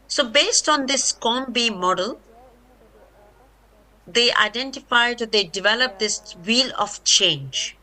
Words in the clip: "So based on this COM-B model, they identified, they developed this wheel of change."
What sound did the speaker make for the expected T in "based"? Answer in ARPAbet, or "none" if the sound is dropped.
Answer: T